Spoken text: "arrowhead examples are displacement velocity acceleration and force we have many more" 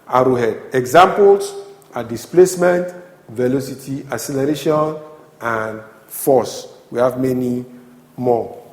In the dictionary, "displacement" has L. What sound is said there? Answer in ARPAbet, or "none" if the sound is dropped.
L